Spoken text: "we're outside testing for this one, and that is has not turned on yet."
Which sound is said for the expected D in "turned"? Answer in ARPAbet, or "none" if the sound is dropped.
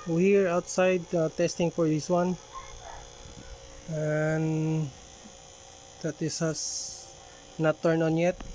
none